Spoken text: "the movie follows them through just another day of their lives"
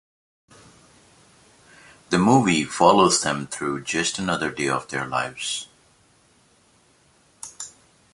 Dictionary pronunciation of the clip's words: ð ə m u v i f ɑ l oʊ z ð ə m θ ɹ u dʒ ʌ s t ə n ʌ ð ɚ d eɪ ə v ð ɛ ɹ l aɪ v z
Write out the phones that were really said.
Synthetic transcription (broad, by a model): ð ə m u v i f ɑ l oʊ z ð ə m θ ɹ u dʒ ʌ s t ə n ʌ ð ɚ d eɪ ə v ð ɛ ɹ l aɪ v z